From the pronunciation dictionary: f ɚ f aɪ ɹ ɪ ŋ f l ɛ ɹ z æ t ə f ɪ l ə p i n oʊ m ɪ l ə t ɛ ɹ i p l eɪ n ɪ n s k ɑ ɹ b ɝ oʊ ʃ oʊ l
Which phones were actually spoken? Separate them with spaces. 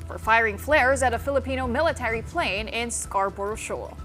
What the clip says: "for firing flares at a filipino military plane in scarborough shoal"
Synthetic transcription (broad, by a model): f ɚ f aɪ ɹ ɪ ŋ f l ɛ ɹ z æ t ə f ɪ l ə p i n oʊ m ɪ l ə t ɛ ɹ i p l eɪ n ɪ n s k ɑ ɹ b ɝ ʃ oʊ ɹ